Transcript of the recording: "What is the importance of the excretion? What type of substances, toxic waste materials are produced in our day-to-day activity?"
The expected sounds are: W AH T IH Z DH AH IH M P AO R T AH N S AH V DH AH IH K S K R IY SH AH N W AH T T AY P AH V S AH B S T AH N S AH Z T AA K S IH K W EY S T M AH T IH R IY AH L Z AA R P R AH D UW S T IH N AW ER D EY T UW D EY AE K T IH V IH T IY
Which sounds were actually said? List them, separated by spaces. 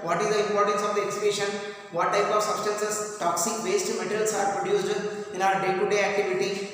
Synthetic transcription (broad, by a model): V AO T IH Z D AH IH M P AO R T AH N S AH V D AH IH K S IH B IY SH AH N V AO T T AY P AH V S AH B S T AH N S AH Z T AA K S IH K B EY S T M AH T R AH L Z AA R P R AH D UW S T IH N AW ER D EY T UW D EY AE K T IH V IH T IY